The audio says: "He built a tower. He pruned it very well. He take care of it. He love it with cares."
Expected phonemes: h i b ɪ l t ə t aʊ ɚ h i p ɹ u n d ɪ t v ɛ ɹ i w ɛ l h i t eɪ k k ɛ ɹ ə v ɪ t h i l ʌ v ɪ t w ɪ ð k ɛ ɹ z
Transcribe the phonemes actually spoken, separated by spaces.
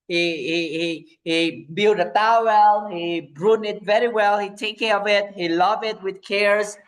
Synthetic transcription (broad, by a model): h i b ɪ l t ə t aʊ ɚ h i b ɹ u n ɪ t v ɛ ɹ i w ɛ l h i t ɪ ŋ k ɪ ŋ ə v ɪ t h i l ʌ v ɪ t w ɪ ð k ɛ ɹ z